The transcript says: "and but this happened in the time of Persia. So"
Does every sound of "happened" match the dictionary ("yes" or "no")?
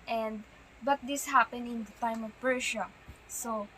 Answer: no